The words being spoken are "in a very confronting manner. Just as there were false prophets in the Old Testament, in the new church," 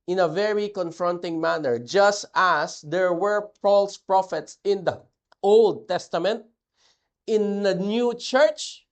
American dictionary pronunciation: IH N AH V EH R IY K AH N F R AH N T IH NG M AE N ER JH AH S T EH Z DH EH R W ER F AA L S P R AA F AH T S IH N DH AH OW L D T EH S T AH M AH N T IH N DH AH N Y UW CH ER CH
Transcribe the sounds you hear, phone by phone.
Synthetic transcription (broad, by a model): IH N AH V EH R IY K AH N F R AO N T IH NG M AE N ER JH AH S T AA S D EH R W ER P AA L S P R AA F AH T S IH N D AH OW L D T EH S T AH M AH N T IH N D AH N Y UW CH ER CH